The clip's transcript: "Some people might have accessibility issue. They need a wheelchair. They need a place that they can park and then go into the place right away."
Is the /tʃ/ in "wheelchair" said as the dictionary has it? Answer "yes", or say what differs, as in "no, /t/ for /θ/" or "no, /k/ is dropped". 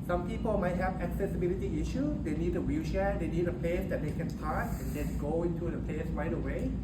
no, /ʃ/ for /tʃ/